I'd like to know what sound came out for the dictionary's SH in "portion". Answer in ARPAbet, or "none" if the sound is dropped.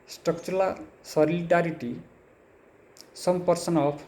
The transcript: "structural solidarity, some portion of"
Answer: S